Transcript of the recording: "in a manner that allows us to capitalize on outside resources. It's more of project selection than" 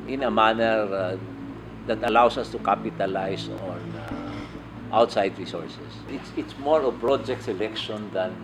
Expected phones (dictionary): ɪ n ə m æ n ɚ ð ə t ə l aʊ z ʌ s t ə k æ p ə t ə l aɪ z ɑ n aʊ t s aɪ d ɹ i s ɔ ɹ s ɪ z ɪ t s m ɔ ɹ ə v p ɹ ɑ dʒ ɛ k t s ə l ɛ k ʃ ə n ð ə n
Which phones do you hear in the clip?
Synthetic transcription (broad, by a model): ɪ n ə m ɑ n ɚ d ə t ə l aʊ s ʌ s t ə k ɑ p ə t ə l aɪ s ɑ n aʊ t s aɪ d ɹ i s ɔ ɹ s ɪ s ɪ t s m ɔ ɹ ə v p ɹ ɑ dʒ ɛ k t s ə l ɛ k ʃ ə n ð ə n